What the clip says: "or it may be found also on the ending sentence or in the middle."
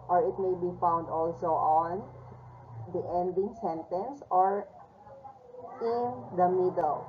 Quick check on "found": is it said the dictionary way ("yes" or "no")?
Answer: yes